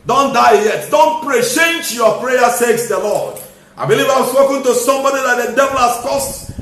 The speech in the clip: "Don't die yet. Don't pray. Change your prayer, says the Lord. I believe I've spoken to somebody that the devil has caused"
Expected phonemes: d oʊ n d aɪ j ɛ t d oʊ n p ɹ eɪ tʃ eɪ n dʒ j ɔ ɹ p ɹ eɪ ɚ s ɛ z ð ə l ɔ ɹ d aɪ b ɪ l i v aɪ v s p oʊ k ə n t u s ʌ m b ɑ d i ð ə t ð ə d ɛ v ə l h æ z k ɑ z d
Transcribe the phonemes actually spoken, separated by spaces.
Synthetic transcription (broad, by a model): d oʊ n d aɪ j ɛ t d oʊ n p ɹ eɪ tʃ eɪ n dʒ j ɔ p ɹ eɪ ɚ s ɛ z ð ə l ɔ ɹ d aɪ b ɪ l i v aɪ w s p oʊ k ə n t u s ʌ m b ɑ d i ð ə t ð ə d ɛ v ə l h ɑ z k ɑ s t